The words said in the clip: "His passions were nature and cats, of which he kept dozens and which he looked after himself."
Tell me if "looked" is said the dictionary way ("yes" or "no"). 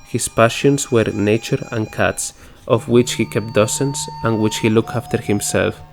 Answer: yes